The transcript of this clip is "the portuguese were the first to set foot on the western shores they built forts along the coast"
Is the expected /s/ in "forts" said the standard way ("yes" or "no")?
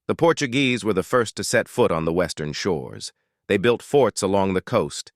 yes